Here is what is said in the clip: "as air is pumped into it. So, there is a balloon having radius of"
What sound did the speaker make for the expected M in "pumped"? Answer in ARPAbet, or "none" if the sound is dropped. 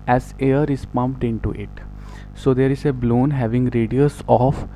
M